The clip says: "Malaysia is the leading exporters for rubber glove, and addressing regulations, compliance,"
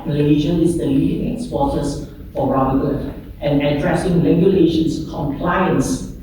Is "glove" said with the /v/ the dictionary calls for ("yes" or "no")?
no